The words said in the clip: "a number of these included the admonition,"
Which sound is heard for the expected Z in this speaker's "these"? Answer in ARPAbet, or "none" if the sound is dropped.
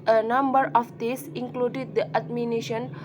S